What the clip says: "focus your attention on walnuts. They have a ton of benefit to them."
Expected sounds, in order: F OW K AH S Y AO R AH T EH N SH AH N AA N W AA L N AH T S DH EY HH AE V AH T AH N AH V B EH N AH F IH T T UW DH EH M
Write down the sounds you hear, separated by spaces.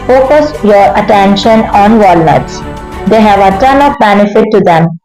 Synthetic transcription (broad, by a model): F OW K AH S Y AO R AH T EH N SH AH N AA N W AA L N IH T S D EY HH AE V AH T AH N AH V B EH N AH F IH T T UW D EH M